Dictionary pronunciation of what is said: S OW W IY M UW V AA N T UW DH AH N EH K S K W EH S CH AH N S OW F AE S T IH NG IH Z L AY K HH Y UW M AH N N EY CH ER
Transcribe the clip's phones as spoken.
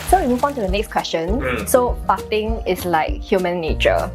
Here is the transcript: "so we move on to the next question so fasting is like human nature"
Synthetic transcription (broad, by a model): S OW W IY M UW V AA N T UW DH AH N EH K S K W EH S CH AH N S OW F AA T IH NG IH S L AY K HH Y UW M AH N N EY CH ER